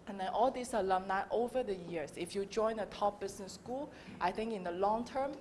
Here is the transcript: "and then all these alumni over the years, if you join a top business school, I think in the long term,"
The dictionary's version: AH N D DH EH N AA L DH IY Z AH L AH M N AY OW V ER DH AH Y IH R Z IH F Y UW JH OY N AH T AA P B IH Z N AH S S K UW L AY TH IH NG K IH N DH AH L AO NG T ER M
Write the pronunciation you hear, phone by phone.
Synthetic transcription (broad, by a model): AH N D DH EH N AA L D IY S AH L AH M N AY OW V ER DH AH Y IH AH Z IH F Y UW JH OY N AH T AA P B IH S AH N S K UW L AY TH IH NG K IH N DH AH L AO NG T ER M